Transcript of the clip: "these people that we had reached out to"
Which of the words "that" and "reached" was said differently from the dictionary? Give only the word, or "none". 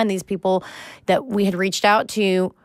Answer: none